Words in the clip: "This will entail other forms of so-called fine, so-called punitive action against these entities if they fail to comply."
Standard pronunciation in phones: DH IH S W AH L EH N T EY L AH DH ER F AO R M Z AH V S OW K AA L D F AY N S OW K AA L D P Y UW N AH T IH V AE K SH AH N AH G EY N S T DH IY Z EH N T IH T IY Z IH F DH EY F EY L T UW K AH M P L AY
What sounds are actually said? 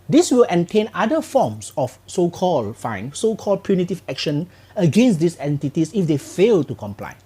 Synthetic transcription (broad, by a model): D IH S W AH L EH N T EY N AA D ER F AO M S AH F S OW K AA L D F AY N S OW K AA L D P Y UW N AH T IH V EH K SH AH N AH G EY N S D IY S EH N T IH T IY S IH F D EY F EY L T UW K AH M P L AY